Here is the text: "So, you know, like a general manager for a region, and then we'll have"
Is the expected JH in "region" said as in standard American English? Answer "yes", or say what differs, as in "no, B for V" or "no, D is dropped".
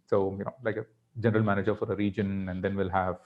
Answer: yes